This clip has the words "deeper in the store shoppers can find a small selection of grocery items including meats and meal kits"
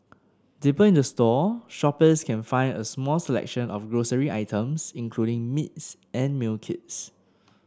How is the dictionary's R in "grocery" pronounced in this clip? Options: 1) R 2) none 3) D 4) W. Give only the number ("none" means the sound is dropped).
1